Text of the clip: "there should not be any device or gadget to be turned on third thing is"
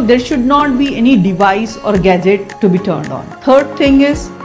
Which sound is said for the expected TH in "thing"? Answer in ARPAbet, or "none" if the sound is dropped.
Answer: T